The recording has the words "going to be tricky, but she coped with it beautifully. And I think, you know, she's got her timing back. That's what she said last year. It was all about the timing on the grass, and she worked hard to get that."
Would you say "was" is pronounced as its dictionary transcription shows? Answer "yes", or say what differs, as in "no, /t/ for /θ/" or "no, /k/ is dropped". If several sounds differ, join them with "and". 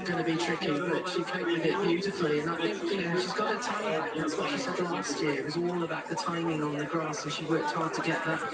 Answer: yes